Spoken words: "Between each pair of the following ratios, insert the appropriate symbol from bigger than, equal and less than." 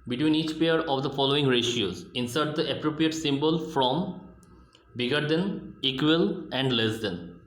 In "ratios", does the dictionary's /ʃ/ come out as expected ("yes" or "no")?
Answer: yes